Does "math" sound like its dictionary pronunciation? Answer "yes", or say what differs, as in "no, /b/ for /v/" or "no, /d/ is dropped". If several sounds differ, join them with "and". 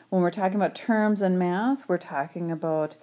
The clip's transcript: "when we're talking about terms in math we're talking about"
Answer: yes